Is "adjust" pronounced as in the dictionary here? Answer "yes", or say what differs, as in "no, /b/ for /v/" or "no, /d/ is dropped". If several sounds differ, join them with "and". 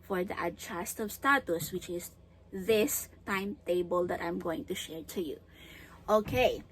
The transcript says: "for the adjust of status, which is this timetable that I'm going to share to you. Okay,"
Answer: no, /tʃ/ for /dʒ/